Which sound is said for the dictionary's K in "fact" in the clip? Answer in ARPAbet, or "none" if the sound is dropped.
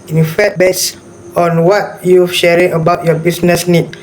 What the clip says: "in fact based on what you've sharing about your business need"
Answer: none